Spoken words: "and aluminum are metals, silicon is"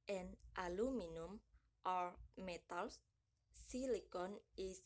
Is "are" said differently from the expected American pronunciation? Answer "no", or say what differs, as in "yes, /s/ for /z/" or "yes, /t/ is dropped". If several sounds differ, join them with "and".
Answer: no